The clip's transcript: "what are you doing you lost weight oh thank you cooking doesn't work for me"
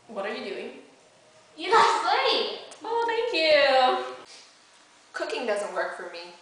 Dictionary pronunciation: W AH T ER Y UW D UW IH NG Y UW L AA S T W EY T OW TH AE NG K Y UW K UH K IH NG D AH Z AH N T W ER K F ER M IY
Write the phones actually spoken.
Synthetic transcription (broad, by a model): W AH T ER Y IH D UW IH NG Y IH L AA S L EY OW TH AE NG K Y UW K UH K IH NG D AH Z AH N T W ER K F ER M IY